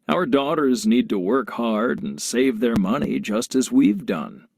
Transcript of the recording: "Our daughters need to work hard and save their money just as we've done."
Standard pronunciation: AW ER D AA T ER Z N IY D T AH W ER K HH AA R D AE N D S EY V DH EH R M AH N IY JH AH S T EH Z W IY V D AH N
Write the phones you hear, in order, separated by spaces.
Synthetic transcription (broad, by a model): AW ER D AA T ER Z N IY D T AH W ER K HH AA R D N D S EY V DH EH R M AH N IY JH AH S T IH Z W IY V D AH N